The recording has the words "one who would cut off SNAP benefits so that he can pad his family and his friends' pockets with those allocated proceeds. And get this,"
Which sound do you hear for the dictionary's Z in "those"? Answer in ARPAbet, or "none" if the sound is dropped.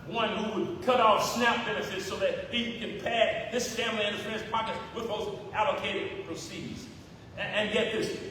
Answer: Z